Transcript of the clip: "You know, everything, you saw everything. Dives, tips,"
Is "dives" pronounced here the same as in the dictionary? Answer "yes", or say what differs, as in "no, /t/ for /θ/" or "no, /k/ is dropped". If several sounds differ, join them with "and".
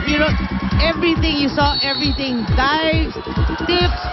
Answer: no, /z/ is dropped